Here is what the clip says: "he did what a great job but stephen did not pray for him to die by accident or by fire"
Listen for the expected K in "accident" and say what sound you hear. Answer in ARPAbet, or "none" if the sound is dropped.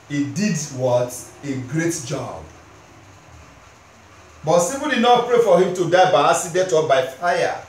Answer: none